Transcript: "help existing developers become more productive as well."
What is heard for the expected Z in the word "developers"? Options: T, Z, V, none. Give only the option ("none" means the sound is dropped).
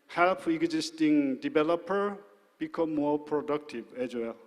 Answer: none